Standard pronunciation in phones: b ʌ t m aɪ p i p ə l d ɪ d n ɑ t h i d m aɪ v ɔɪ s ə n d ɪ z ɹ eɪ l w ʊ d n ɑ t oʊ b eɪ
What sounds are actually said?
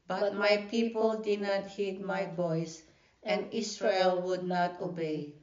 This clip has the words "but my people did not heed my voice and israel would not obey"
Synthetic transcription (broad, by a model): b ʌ t m aɪ p i p ə l d ɪ d n ɑ t h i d m aɪ b ɔɪ s ə n d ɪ s ɹ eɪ l w ʊ d n ɑ t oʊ b eɪ